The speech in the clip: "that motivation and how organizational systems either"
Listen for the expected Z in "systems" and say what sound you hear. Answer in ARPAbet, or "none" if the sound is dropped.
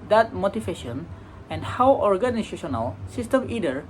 none